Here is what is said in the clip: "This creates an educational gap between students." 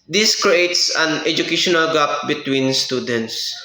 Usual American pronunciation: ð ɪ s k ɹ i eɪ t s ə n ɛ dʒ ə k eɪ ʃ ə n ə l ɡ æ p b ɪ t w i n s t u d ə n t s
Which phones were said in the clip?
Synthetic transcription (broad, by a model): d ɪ s k ɹ i eɪ t s ə n ɛ dʒ ə k eɪ ʃ ə n ə l ɡ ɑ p b ɪ t w i n s t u d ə n t s